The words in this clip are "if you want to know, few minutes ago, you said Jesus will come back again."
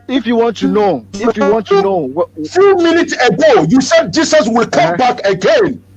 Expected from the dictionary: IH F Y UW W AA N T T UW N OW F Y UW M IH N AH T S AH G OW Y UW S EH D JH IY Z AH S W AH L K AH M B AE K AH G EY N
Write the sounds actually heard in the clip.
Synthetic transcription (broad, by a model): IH F Y UW W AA N T T UW N OW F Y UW M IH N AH T S AH G OW Y UW S EH D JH IY S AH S W AH L K AH M B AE K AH G EY N